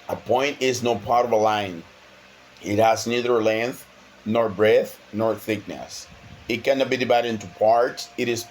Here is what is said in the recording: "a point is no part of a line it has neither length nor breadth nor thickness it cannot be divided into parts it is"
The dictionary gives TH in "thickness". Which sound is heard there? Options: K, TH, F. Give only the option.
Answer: TH